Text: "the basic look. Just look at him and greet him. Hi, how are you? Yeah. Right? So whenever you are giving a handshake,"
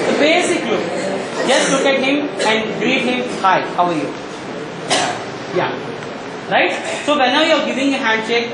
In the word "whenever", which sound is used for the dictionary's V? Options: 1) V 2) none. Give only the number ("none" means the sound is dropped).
2